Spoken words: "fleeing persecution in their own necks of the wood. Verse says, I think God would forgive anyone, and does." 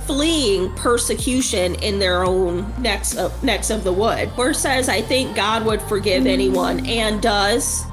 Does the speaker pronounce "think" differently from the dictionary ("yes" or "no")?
no